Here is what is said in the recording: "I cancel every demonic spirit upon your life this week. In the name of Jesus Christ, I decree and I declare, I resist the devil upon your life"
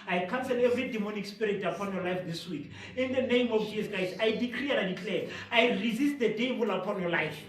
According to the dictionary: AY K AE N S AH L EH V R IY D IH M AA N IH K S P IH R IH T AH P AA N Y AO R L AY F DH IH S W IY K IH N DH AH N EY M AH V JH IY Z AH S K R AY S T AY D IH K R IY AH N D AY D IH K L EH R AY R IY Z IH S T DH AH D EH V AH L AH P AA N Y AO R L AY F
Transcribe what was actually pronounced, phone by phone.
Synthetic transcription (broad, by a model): AY K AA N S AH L EH V R IY D IH M AA N IH K S P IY R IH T AH P AA N Y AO L AY F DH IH S W IY K IH N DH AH N EY M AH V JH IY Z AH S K AY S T AY D IH K R IY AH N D AY D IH K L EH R AY R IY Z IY S T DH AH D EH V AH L AH P AA N Y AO L AY F